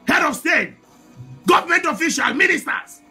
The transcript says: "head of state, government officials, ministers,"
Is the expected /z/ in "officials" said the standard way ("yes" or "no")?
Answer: no